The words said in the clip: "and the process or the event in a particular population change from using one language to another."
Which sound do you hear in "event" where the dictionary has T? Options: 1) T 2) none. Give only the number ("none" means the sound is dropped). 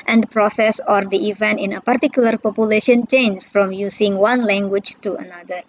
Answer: 1